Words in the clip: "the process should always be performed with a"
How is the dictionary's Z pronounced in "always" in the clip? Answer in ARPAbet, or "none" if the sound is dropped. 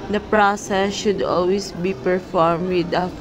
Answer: S